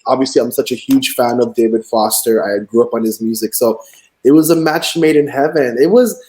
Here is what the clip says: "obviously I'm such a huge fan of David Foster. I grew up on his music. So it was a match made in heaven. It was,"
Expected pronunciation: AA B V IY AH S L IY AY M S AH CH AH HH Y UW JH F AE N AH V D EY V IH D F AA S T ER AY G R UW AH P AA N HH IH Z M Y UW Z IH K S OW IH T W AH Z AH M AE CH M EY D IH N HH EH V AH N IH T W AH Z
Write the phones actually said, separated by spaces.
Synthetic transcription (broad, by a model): AA B V IY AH S L IY AY M S AH CH AH HH Y UW JH F AE N AH V D EY V IH D F AA S T ER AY G R UW AH P N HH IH Z M Y UW Z IH K S OW IH T W AH Z AH M AE CH M EY D IH N HH EH V AH N IH T W AH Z